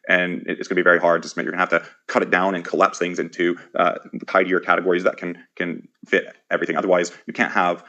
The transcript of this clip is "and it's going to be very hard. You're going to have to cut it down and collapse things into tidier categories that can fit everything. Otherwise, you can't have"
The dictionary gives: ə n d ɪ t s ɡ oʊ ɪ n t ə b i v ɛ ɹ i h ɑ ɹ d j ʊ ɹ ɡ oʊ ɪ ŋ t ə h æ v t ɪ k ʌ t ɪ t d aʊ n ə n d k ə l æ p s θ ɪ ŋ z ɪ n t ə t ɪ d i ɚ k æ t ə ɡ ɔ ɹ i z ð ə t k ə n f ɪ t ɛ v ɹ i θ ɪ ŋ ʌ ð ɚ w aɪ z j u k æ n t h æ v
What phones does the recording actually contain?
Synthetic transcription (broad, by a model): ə n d ɪ t s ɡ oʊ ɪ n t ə b i v ɛ ɹ i h ɑ ɹ d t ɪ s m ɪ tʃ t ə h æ f t ɪ k ʌ t ɪ t d aʊ n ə n k ə l æ p s θ ɪ ŋ z ɪ n t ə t ɪ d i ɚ k æ t ə ɡ ɔ ɹ i z ð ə t k ə n f ɪ t ɛ v ɹ i θ ɪ ŋ ʌ ð ɚ w aɪ z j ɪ k æ n t h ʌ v